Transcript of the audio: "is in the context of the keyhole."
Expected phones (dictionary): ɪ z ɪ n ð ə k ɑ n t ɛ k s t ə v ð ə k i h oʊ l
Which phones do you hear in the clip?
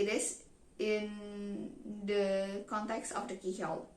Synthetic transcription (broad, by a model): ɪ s ɪ n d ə k ɑ n t ɛ k s t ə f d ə k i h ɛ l